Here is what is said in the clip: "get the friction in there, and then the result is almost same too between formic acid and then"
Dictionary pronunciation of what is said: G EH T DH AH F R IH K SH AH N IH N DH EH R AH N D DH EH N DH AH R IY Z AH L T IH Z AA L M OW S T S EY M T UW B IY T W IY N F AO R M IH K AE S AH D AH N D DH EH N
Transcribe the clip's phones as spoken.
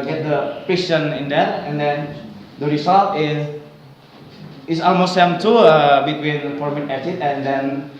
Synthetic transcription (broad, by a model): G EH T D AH P R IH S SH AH N IH N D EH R AH N D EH N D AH R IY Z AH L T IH S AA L M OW S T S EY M T UW B IY T W IY N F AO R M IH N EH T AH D AH N D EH N